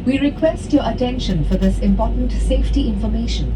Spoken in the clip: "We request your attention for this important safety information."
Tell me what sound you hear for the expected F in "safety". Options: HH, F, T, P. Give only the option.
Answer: F